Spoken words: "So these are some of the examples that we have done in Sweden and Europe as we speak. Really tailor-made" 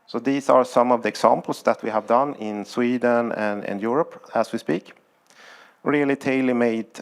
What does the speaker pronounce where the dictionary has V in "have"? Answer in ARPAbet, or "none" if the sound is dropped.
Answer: V